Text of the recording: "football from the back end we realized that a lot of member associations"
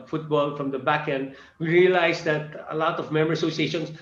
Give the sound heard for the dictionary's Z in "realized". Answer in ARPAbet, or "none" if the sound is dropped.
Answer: S